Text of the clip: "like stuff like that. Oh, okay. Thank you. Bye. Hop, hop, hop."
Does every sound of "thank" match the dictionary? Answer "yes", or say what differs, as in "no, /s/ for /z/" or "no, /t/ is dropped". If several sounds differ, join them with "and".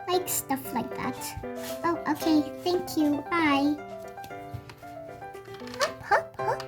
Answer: yes